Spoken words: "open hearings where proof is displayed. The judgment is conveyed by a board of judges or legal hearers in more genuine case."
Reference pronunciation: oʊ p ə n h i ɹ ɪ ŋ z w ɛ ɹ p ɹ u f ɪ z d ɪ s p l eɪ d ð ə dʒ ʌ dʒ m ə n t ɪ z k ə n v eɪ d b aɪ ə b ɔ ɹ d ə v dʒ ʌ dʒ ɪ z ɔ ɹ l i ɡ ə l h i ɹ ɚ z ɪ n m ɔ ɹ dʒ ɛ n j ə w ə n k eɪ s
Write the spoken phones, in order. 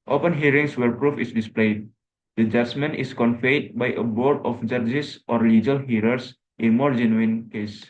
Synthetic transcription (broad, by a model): oʊ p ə n h i ɹ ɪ ŋ s w ɛ ɹ p ɹ u f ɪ s d ɪ s p l eɪ d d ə dʒ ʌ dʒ m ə n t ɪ s k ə n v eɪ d b aɪ ə b ɔ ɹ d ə f dʒ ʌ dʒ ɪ s ɔ ɹ l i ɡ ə l h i ɹ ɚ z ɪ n m ɔ ɹ dʒ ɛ n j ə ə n k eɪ s